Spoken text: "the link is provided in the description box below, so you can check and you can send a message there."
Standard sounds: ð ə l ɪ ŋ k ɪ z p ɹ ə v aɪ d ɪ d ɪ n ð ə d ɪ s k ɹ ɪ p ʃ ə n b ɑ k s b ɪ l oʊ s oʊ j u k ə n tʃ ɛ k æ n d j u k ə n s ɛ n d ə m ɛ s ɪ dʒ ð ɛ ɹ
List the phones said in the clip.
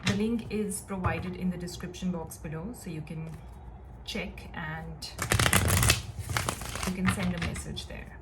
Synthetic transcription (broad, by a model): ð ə l ɪ ŋ k ɪ z p ɹ ə v aɪ d ɪ d ɪ n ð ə d ɪ s k ɹ ɪ p ʃ ə n b ɑ k s b ɪ l oʊ s oʊ j u k ə n tʃ ɛ k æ n d j u k ə n s ɛ n d ə m ɛ s ɪ dʒ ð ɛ ɹ